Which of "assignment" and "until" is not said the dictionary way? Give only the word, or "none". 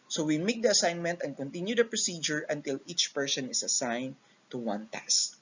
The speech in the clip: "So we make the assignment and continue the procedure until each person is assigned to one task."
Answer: none